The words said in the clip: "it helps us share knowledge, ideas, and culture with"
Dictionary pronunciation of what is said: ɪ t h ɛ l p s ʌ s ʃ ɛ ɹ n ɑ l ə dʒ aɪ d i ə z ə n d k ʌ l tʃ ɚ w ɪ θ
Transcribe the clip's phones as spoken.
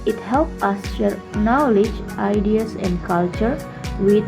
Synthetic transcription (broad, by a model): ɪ t h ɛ l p ʌ s ʃ ɛ ɹ n ɑ l ə dʒ aɪ d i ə s ə n d k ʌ l tʃ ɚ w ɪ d